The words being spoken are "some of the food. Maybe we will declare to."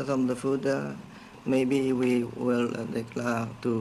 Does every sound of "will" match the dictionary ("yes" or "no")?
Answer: yes